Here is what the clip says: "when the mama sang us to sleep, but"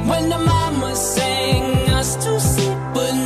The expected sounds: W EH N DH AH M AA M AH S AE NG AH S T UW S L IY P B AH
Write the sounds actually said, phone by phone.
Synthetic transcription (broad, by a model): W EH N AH M AA M AH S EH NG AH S T UW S IY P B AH